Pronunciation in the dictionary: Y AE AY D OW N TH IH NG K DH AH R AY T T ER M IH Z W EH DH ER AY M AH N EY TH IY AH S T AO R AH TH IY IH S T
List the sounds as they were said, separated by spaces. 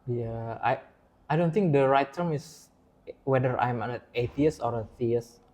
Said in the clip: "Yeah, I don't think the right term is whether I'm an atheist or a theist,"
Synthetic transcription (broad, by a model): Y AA AY D OW N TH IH NG K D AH R AY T T ER M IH S W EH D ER AY M AH N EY T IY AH S AO R AH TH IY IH S